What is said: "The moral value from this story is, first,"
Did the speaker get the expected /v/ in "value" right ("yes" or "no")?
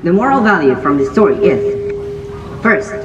yes